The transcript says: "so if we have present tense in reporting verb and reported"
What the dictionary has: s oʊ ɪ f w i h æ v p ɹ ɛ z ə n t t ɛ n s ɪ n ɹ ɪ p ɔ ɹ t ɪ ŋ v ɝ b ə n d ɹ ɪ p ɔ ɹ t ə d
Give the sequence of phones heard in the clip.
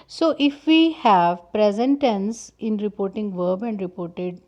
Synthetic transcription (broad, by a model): s oʊ ɪ f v i h æ v p ɹ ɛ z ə n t t ɛ n s ɪ n ɹ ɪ p ɔ ɹ t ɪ ŋ v ɝ b ə n d ɹ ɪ p ɔ ɹ t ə d